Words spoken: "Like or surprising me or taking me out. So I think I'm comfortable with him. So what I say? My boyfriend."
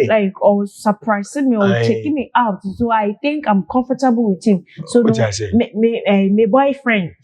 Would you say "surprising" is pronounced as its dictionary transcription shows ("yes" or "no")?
no